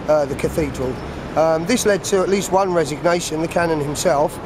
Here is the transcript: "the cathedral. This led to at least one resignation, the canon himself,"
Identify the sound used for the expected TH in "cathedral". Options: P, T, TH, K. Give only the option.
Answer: TH